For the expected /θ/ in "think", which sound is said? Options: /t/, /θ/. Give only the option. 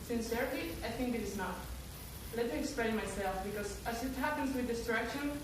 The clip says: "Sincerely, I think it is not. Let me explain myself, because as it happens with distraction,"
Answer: /θ/